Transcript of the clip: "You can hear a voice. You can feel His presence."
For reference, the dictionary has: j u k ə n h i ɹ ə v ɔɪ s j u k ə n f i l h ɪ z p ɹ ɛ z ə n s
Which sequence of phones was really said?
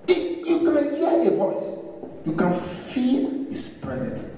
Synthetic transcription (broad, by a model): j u k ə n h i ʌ ə v ɔɪ s j u k ə n f i l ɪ s p ɹ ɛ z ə n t